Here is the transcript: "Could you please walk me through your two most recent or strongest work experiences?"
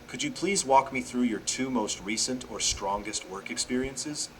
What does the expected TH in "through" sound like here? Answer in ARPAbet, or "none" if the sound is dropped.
TH